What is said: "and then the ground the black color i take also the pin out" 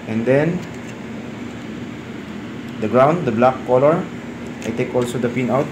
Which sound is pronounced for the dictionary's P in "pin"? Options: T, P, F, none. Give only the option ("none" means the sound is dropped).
F